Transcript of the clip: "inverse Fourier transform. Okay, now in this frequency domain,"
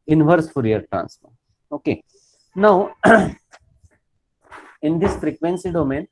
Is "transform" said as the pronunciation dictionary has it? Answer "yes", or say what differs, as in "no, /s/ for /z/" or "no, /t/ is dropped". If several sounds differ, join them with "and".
no, /m/ is dropped